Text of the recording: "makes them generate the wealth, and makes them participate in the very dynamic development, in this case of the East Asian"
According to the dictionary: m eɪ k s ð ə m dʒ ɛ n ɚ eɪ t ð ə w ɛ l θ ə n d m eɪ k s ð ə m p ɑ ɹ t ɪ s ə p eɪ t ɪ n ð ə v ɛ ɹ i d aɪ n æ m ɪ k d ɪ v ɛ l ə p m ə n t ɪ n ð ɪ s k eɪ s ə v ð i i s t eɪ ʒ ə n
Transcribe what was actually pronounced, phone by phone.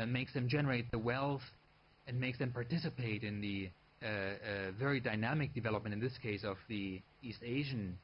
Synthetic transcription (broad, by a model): m eɪ k s ð ə m dʒ ɛ n ɚ eɪ t ð ə w ɛ l θ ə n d m eɪ k s ð ə m p ɑ ɹ t ɪ s ə p eɪ t ɪ n ð ə v ɛ ɹ i d aɪ n æ m ɪ k d ɪ v ɛ l ə p m ə n t ɪ n ð ɪ s k eɪ s ə v ð i i s t eɪ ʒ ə n